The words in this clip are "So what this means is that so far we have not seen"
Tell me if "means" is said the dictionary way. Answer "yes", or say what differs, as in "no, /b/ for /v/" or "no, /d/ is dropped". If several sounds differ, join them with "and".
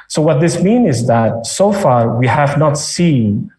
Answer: no, /z/ is dropped